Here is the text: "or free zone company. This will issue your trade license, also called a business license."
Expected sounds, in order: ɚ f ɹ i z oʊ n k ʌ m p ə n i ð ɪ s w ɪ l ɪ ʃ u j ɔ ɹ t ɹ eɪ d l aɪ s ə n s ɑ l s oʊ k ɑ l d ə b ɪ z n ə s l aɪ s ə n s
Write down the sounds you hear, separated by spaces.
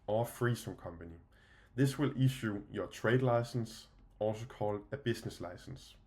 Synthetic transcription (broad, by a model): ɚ f ɹ i s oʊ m k ʌ m p ə n i ð ɪ s w ɪ l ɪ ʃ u j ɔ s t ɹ eɪ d l aɪ s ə n s ɑ l s oʊ k ɑ l d ə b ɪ s n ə s l aɪ s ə n s